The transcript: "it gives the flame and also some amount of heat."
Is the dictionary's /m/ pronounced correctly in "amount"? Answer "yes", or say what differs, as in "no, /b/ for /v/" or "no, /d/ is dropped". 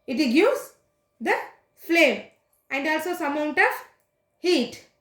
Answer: no, /m/ is dropped